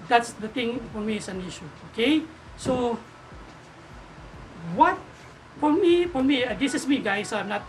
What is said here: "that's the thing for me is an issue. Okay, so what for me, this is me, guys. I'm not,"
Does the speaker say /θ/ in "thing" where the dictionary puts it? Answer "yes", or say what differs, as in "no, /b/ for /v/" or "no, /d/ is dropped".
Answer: no, /t/ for /θ/